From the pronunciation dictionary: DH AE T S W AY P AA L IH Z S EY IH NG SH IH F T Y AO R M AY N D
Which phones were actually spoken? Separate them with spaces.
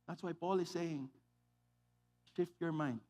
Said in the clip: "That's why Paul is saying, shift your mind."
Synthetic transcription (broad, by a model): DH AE T S W AY P AA L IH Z S EY IH NG SH IH F T Y AO R M AY N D